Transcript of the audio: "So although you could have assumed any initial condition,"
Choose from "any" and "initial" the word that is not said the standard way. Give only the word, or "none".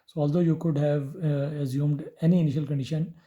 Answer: none